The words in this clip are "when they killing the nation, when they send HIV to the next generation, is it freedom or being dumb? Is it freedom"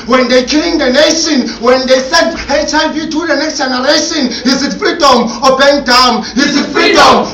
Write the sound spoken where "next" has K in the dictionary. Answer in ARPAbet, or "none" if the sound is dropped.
K